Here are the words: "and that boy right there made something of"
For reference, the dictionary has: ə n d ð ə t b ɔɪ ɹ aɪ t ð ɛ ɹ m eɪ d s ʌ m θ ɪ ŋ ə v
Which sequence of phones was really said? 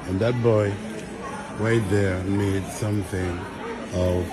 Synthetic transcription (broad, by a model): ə n ð ə t b ɔɪ w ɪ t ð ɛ ɹ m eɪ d s ʌ m θ ɪ ŋ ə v